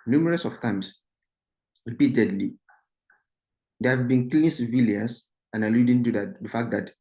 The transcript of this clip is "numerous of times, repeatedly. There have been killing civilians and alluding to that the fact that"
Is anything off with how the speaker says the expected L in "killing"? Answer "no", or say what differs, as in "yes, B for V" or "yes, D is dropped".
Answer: yes, L is dropped